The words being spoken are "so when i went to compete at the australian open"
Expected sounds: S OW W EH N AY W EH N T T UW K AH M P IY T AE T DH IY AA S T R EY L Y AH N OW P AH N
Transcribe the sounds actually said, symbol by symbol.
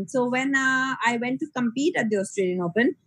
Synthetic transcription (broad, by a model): S OW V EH N AY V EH N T T UW K AH M P IY T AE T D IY AA S T R EY L Y AH N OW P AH N